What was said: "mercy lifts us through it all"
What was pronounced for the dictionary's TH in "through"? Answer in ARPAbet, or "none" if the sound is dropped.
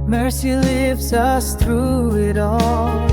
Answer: TH